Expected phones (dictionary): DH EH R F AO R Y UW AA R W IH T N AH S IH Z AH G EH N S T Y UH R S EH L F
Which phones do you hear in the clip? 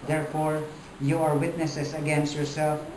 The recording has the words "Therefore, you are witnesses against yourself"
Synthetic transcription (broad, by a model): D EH R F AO R Y UW AA R W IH T N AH S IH S AH G EH N S T Y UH R S EH L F